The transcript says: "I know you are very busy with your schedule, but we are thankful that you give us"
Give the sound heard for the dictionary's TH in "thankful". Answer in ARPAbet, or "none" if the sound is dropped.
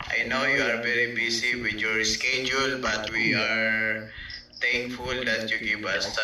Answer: T